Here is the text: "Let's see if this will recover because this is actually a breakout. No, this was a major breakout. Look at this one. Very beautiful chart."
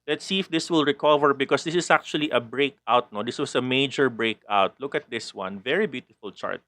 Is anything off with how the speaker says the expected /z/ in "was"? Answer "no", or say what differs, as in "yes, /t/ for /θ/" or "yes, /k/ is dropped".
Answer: yes, /s/ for /z/